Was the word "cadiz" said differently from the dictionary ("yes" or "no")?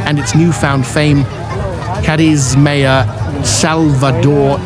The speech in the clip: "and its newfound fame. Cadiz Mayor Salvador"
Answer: no